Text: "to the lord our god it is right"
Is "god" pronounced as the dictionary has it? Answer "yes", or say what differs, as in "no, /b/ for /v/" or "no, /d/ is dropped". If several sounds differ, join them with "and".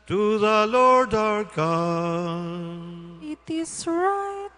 no, /d/ is dropped